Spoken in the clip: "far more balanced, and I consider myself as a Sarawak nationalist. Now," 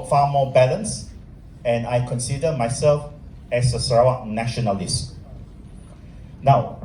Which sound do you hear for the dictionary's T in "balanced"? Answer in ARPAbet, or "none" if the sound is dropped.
none